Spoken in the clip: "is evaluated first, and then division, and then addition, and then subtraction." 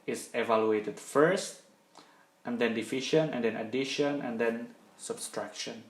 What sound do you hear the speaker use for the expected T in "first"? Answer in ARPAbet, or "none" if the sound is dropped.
T